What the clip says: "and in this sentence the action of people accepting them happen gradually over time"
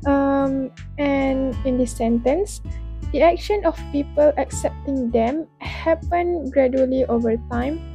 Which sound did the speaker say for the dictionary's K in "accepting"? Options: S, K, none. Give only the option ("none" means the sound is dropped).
K